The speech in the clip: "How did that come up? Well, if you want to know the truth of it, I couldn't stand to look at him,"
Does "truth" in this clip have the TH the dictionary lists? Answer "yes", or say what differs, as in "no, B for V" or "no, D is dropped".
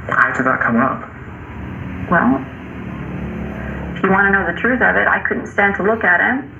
yes